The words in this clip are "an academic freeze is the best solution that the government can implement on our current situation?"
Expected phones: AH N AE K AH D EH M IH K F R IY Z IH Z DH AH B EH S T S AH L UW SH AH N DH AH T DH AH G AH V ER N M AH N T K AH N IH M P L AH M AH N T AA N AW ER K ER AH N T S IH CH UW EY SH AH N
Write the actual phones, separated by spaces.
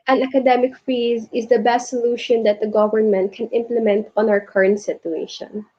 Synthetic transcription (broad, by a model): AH N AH K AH D EH M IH K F IY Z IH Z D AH B EH S T S AH L UW SH AH N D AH T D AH G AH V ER N M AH N T K AH N IH M P L AH M AH N T AA N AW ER K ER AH N T S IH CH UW EY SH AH N